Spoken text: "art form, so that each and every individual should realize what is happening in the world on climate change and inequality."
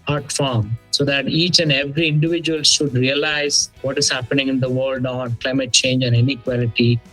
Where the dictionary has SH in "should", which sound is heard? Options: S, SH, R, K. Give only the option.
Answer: SH